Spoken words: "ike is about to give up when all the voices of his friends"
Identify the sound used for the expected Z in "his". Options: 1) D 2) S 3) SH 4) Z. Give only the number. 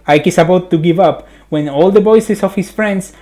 2